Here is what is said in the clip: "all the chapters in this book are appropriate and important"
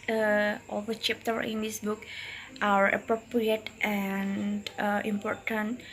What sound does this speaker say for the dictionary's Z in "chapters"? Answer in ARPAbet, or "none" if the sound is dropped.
none